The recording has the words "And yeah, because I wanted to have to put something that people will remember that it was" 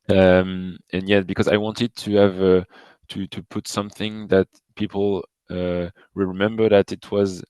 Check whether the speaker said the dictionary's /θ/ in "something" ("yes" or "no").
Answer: yes